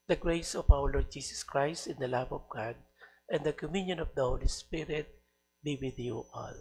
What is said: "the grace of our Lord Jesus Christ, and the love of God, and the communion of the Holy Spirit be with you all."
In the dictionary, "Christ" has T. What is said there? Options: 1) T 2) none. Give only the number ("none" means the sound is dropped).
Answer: 1